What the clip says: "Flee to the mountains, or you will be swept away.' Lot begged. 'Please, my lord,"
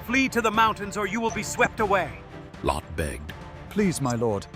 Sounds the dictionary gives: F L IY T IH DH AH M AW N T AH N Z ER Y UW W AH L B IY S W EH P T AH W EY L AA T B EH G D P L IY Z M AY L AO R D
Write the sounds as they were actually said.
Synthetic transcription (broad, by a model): F L IY T IH DH AH M AW N T AH N Z ER Y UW W AH L B IY S W EH P T AH W EY L AA T B EH G D P L IY Z M AY L AO R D